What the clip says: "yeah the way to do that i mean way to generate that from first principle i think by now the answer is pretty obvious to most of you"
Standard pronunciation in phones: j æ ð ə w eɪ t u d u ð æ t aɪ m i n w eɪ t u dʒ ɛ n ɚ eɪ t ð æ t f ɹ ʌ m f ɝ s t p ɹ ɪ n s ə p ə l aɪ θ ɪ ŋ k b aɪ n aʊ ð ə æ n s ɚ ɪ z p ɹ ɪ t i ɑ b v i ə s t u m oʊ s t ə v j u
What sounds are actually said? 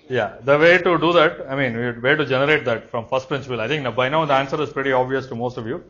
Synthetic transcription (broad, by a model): j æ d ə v eɪ t u d u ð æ t aɪ m i n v eɪ t u dʒ ɛ n ɚ eɪ t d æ t f ɹ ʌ m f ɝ s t p ɹ ɪ n s ə p ə l aɪ t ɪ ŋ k b aɪ n aʊ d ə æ n s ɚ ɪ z p ɹ ɪ t i ɑ b v i ə s t u m oʊ s t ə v j u